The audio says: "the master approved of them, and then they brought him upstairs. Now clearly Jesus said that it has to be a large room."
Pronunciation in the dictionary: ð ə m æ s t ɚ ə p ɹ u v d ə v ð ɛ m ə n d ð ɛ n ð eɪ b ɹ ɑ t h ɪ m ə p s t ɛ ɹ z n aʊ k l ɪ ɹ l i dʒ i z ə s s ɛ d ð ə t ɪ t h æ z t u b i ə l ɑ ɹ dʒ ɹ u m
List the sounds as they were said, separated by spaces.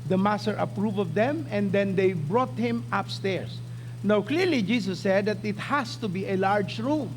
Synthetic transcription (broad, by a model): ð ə m æ s t ɚ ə p ɹ u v ə v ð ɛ m ə n d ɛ n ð eɪ b ɹ ɑ t h ɪ m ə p s t ɛ ɹ s n aʊ k l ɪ ɹ l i dʒ i s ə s s ɛ d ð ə t ɪ t h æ s t u b i ə l ɑ ɹ dʒ ɹ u m